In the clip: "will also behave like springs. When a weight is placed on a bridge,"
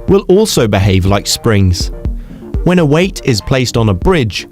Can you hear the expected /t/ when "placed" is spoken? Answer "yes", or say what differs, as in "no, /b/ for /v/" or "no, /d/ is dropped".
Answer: yes